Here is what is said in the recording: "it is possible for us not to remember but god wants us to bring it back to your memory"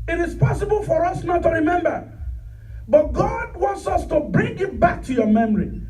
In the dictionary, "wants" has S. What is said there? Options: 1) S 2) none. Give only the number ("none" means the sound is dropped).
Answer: 1